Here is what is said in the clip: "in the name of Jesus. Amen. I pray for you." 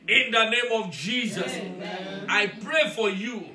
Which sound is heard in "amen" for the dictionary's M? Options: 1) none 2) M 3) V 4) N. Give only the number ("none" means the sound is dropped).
1